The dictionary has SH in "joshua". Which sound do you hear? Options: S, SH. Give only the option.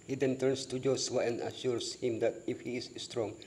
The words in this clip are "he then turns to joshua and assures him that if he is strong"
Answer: S